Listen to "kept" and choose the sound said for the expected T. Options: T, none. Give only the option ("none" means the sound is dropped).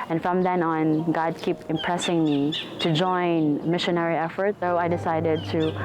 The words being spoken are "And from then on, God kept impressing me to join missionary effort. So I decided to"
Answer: none